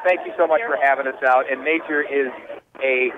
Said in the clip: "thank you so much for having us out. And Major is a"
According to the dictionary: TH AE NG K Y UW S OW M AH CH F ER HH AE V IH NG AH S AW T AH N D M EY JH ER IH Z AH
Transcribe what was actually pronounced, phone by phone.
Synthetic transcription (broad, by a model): TH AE NG K Y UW S OW M AH CH F ER HH AE V IH NG AH S AW T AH N EY CH ER IH Z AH